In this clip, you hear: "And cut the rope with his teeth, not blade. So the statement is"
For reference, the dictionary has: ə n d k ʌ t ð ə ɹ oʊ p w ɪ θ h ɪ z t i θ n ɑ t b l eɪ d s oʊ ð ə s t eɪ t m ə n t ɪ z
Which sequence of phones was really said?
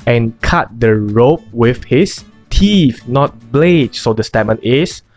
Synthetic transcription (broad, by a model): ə n k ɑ t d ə ɹ oʊ p w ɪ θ h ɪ s t i f n ɑ t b l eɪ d s oʊ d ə s t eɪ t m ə n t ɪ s